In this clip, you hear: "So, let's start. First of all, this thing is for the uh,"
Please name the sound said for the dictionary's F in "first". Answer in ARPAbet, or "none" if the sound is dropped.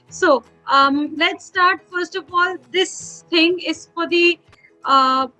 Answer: F